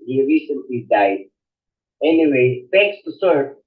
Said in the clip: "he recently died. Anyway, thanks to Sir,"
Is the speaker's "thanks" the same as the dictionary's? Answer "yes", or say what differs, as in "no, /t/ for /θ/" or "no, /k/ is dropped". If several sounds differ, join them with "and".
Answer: no, /f/ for /θ/ and /ŋ/ is dropped